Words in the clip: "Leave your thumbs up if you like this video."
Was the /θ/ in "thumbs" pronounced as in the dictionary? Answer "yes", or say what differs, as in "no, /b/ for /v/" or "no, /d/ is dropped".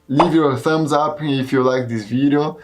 yes